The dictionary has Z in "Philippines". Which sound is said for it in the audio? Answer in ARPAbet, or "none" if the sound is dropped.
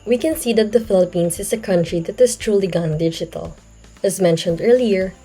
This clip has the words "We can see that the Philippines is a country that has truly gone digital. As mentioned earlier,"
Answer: S